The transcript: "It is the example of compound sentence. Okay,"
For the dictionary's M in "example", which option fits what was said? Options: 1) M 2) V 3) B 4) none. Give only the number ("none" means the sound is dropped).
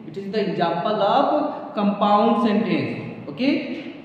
4